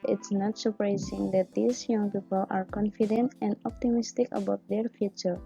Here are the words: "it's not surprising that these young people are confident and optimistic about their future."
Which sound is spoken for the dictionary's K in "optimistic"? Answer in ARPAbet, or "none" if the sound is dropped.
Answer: K